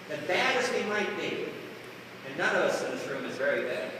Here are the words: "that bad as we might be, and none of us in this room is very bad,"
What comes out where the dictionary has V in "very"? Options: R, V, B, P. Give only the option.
V